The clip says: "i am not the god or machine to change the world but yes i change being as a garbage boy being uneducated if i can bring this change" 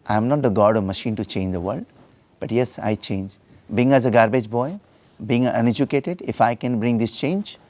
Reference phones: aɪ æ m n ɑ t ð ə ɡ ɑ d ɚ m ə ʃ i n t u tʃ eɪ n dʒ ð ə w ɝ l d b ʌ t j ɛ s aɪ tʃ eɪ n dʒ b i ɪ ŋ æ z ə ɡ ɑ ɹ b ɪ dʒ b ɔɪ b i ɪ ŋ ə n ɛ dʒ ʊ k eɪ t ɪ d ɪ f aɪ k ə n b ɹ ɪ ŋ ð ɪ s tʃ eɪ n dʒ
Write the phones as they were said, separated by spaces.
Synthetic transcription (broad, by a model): aɪ m n ɑ t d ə ɡ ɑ d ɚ m ə ʃ i n t u tʃ eɪ n dʒ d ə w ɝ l d b ʌ t j ɛ s aɪ tʃ eɪ n dʒ b i ɪ ŋ æ z ə ɡ ɑ ɹ b ɪ dʒ b ɔɪ b i ɪ ŋ ə n ɛ dʒ ʊ k eɪ t ɪ d ɪ f aɪ k ə n b ɹ ɪ ŋ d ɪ s tʃ eɪ n dʒ